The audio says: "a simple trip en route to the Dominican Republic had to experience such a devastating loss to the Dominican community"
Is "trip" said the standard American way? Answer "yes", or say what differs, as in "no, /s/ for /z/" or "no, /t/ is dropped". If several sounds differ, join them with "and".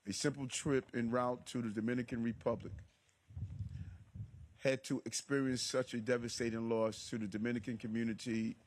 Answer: yes